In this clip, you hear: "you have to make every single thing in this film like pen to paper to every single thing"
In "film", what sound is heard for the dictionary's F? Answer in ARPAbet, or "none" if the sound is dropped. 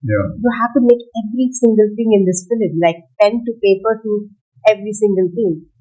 P